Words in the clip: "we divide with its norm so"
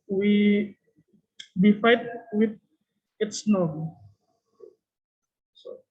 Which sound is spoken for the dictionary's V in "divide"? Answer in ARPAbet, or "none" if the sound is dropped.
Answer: F